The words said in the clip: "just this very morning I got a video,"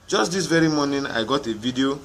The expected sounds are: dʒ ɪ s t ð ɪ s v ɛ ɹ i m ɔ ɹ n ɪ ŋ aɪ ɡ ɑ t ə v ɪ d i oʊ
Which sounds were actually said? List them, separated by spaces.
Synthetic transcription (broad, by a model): dʒ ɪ s t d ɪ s v ɛ ɹ i m ɔ n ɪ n aɪ ɡ ɑ t ə v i d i oʊ